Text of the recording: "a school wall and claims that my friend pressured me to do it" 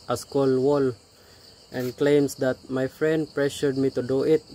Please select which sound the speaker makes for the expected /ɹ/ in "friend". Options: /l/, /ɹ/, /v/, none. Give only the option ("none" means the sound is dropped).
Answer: /ɹ/